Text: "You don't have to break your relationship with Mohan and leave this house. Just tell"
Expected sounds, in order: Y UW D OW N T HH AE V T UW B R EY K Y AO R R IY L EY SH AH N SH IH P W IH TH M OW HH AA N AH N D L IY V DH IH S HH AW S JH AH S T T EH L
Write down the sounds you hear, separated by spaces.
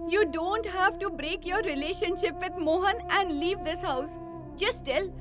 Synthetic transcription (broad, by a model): Y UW D OW N T HH AE V T UW B R EY K Y AO R R IY L EY SH AH N SH IH P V IH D M OW HH AA N AH N D L IY V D IH S HH AW S JH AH S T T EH L